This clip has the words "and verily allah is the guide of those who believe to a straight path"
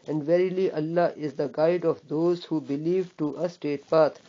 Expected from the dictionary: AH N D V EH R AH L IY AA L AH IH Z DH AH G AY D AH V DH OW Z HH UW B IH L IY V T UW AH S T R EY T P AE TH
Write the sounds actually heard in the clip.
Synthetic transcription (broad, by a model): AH N D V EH R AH L IY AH L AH IH Z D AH G AY D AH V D OW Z HH UW B IH L IY V T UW AH S T EY T P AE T